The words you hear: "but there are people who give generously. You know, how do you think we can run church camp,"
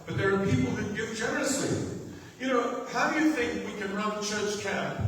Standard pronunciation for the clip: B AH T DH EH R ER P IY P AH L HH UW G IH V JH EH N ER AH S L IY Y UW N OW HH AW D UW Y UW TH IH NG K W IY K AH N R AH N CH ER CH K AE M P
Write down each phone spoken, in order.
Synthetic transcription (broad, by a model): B AH T DH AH R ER P IY P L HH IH G IH V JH EH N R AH S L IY Y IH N OW HH AW D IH Y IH TH IH NG K W IY K AH N R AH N CH ER CH K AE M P